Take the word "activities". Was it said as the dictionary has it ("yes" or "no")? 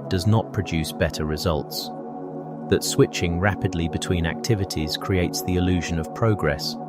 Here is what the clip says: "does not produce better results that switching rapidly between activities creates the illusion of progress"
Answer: yes